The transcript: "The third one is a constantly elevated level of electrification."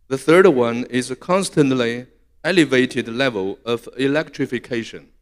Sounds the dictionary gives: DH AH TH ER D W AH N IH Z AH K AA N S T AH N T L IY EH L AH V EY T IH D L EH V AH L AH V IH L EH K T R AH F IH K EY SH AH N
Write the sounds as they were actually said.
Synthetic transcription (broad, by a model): DH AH TH ER D W AH N IH Z AH K AA N S T AH N T L IY EH L AH V EY T IH D L EH V AH L AH V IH L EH K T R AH F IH K EY SH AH N